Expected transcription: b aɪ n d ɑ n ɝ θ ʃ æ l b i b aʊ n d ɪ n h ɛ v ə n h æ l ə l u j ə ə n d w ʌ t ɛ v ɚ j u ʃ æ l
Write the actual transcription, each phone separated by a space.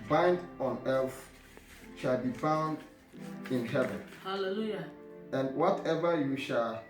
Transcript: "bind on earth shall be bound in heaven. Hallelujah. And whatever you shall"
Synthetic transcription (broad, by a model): b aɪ n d ɑ n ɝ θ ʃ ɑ l b i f aʊ n d ɪ n h ɛ v ə n h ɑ l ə l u j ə ə n d w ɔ t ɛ v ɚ j u ʃ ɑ l